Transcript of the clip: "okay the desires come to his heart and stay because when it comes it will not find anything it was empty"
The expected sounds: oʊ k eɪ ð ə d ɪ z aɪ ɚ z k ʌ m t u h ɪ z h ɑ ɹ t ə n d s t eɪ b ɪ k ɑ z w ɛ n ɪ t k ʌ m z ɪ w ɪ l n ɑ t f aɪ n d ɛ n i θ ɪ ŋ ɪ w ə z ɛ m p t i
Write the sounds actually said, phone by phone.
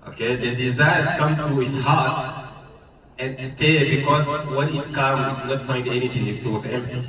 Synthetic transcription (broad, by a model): oʊ k eɪ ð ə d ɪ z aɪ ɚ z k ʌ m t u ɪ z h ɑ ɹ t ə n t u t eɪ b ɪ k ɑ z w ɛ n ɪ t k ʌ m ɪ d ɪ n ɑ t f aɪ n d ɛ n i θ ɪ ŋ ɪ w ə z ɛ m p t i